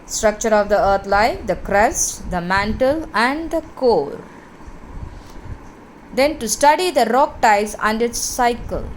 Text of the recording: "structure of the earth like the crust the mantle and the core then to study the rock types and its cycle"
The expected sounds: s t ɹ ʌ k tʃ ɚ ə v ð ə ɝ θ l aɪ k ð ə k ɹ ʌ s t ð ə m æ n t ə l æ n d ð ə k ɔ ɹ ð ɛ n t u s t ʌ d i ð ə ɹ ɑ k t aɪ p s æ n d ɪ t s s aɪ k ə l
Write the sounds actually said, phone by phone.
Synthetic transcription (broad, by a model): s t ɹ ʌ k tʃ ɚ ə v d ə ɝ t l aɪ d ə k ɹ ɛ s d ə m æ n t ə l æ n d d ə k ɔ ɹ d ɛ n t u s t ʌ d i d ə ɹ ɑ k t aɪ s æ n d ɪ t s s aɪ k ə l